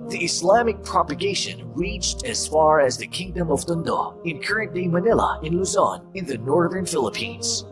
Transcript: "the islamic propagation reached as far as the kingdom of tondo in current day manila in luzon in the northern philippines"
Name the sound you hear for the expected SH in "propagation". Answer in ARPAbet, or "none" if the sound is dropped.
SH